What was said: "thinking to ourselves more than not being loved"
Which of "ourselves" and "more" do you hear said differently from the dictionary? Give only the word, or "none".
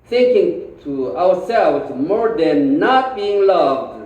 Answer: ourselves